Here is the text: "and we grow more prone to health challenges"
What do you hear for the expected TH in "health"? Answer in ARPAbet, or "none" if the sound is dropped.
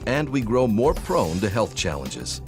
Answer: TH